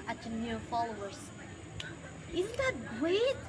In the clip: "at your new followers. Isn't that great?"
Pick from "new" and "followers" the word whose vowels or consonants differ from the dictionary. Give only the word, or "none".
none